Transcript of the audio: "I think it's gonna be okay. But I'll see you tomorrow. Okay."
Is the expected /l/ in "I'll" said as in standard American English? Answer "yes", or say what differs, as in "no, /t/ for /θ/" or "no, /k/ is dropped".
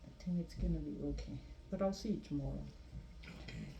yes